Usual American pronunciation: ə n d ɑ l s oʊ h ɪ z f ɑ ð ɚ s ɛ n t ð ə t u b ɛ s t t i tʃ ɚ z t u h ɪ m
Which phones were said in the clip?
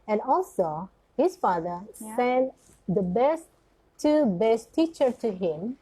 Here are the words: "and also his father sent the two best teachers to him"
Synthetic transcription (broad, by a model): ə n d ɑ l s oʊ h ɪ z f ɑ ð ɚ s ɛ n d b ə t u b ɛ s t t i tʃ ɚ t u h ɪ m